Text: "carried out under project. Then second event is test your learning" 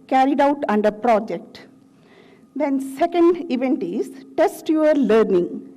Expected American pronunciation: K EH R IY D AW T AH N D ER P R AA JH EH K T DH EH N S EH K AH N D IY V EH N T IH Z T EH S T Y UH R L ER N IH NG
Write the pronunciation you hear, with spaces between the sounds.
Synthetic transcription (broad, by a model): K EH R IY D AW T AH N D ER P R AA JH EH K T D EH N S EH K AH N D IY V EH N T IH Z T EH S T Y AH R L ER N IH NG